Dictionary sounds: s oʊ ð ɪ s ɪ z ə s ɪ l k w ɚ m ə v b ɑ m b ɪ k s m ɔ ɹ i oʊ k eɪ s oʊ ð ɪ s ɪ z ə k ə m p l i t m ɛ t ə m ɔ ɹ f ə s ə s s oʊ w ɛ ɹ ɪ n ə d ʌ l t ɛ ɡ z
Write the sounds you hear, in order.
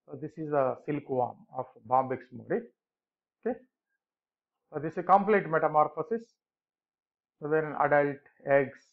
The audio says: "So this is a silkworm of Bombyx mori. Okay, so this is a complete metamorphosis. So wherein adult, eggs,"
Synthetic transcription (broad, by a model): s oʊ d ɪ s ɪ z ə s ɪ l k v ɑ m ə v b ɑ m b ɪ k s m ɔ ɹ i oʊ k eɪ s oʊ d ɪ s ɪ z k ə m p l i t m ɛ t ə m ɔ ɹ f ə s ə s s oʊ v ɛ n ə d ʌ l t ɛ ɡ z